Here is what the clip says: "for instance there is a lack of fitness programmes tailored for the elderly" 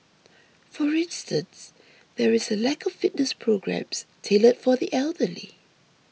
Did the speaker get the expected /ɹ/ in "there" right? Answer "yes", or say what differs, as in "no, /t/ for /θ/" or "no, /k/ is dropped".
yes